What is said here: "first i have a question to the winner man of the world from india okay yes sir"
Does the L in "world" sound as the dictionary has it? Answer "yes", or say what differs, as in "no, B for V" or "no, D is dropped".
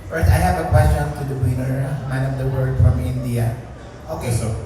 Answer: no, L is dropped